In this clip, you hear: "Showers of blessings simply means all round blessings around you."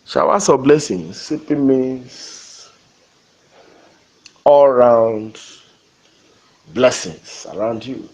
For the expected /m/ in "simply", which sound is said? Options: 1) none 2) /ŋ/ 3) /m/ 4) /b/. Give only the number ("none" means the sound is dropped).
1